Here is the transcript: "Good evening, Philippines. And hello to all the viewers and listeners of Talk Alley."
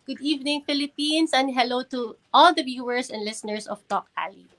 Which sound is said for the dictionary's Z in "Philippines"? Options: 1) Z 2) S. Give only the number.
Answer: 2